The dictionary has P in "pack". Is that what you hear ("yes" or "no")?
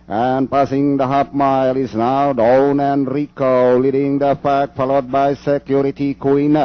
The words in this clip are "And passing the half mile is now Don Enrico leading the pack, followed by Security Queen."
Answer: no